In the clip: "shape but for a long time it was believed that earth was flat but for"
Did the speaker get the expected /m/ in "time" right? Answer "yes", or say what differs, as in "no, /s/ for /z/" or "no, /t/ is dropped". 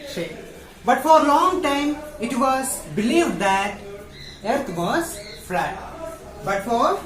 yes